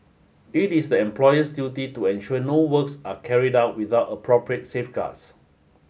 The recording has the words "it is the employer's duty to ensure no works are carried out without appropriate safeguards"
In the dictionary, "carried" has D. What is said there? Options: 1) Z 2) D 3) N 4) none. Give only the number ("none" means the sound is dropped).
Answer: 2